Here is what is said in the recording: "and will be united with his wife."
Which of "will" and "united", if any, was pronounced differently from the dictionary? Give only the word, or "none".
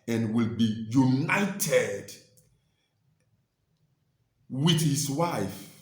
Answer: none